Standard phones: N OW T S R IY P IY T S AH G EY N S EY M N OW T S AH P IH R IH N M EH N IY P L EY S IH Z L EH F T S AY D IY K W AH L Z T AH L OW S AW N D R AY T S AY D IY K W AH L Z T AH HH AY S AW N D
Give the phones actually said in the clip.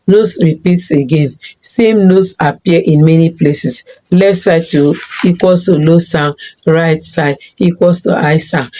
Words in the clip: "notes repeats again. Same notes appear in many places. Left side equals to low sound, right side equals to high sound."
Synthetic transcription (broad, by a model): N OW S R IY P IY T S AH G EY N S EY M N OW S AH P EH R IH N M EH N IY P L EY S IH S L EH F T S AY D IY K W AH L S T AH L OW S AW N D R AY T S AY D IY K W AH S T AH AY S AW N